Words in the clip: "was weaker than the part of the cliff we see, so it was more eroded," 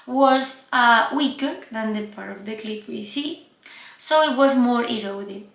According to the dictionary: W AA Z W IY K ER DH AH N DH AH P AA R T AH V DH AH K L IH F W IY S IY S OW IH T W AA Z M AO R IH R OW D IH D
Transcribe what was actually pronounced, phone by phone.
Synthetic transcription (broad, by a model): W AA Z W IY K ER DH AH N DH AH P AA R T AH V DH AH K L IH P W IY S IY S OW IH T W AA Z M AO R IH R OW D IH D